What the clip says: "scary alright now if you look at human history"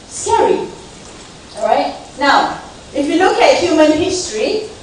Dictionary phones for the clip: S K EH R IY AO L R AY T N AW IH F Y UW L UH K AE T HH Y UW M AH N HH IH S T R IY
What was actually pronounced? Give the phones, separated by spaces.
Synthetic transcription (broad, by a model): S K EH R IY AO L R AY T N AW IH F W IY L UH K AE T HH Y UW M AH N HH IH S T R IY